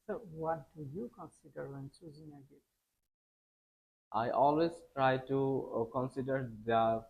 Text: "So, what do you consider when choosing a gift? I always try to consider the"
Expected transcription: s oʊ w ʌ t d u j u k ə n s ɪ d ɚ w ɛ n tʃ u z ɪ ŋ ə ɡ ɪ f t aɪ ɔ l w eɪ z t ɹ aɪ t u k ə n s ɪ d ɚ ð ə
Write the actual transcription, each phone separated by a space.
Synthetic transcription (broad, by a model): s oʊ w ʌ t d u j u k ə n s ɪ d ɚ w ɛ n s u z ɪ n ə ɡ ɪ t t aɪ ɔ l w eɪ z t ɹ aɪ t u k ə n s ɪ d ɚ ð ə